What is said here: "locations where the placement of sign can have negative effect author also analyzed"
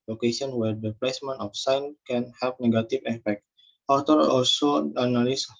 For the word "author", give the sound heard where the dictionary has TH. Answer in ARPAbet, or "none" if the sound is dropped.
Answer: T